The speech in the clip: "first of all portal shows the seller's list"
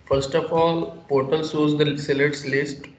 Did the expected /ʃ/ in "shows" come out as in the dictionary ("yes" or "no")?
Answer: no